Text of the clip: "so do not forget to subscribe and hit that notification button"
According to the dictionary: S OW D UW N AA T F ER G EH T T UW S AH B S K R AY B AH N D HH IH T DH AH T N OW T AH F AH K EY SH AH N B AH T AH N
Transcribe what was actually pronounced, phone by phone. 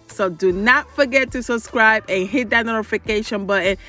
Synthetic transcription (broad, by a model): S OW D UW N AA T F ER G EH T T UW S AH B S K R AY B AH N HH IH T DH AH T N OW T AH F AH K EY SH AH N B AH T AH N